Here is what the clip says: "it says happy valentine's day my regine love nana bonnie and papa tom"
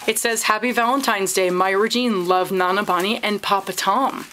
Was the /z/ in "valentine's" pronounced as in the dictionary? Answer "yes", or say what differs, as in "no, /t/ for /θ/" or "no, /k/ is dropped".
yes